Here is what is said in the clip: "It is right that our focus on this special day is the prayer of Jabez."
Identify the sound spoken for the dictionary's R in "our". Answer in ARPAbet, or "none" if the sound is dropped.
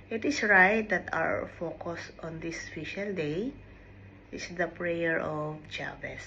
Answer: W